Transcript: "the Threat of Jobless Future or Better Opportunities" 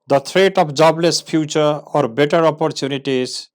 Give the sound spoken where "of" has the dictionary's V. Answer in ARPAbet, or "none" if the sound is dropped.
P